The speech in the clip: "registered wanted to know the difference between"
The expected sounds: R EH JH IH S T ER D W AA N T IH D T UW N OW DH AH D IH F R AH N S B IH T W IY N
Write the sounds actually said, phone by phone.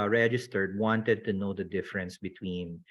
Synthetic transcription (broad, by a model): R EH JH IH S T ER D W AA N T IH D T UW N OW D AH D IH F R AH N S B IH T W IY N